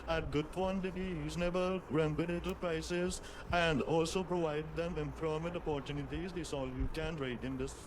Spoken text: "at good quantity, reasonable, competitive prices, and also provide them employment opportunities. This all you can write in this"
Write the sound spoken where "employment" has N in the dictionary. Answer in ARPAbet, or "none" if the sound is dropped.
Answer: none